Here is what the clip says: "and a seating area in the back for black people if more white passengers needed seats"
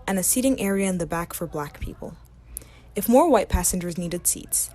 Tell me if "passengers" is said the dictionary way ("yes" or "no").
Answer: yes